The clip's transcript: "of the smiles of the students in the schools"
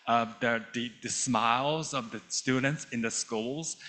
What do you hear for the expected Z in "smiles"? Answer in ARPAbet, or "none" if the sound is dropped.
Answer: Z